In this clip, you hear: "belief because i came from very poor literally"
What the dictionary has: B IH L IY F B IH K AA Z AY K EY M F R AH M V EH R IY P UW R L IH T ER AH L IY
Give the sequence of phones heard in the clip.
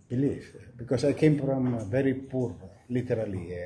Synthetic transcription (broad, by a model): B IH L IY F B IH K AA S AY K EY M F R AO M V EH R IY P UW R L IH T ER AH L IY